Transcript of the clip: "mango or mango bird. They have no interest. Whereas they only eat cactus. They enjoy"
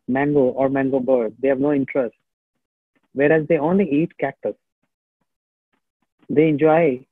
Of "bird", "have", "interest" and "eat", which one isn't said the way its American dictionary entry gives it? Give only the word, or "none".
none